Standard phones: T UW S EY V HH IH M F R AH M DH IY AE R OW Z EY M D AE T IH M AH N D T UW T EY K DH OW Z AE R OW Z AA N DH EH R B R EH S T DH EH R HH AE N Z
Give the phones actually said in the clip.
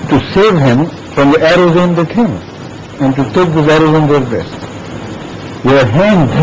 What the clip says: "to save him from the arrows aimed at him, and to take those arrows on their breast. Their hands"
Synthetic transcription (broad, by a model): T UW S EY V HH IH M F R AH M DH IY AE R OW Z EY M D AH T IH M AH N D T UW T EY K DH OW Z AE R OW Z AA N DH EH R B EH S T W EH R HH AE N